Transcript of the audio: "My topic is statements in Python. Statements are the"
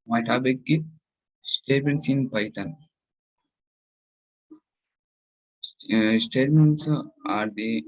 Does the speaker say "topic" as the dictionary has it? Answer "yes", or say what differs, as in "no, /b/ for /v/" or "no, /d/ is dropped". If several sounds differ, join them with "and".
no, /b/ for /p/